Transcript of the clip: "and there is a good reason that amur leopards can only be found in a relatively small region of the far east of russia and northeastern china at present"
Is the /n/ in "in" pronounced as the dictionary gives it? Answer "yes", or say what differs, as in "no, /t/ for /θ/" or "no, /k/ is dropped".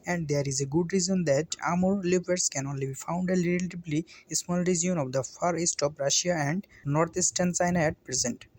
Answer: no, /l/ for /n/